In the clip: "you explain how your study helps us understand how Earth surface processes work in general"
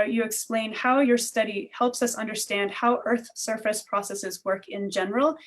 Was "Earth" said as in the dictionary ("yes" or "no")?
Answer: yes